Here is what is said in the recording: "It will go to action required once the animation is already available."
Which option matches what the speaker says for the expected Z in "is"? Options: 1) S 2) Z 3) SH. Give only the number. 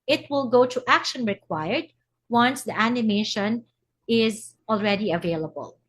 2